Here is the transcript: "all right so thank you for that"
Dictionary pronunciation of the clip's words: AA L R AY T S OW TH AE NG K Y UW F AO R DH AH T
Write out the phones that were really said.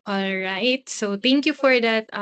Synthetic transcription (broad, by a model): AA L R AY T S OW T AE NG K Y UW F AO R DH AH T